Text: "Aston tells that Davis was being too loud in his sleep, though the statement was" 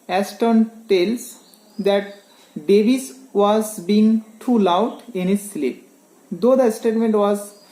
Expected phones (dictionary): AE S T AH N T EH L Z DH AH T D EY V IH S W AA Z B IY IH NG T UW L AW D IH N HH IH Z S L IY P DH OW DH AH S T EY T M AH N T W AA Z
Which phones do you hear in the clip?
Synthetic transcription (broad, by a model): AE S T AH N T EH L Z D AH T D EY B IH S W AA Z B IY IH NG T UW L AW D IH N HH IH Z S L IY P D OW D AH S T EY T M AH N T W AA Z